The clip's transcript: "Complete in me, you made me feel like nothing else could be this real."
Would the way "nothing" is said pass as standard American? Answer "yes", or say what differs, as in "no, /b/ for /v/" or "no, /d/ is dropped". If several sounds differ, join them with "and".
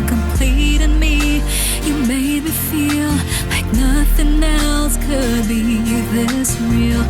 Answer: yes